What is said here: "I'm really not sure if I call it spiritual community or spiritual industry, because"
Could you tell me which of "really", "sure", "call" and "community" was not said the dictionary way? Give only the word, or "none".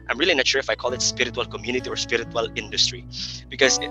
sure